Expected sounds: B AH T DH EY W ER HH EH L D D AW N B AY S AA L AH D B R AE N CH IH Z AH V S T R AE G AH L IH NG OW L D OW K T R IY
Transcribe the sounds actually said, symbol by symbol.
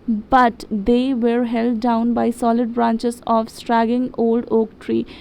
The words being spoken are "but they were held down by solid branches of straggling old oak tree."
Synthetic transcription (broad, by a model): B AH T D EY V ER HH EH L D D AW N B AY S AA L AH D B R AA N CH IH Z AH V S T R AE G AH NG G OW L D OW K T R IY